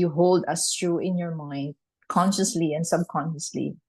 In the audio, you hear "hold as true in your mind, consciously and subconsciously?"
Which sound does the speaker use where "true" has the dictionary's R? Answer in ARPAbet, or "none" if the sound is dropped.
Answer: R